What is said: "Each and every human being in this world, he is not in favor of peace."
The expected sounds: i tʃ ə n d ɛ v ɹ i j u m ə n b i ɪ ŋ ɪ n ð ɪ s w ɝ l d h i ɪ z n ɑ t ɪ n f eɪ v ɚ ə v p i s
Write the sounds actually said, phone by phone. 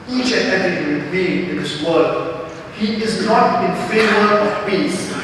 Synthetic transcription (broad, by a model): i tʃ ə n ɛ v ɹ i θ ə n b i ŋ ɪ n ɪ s w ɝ d h i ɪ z n ɑ t ɪ n f eɪ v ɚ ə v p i s